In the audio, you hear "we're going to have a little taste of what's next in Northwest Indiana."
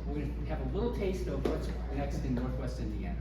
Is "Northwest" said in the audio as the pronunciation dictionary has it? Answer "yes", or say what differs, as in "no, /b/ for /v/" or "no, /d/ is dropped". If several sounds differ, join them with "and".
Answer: yes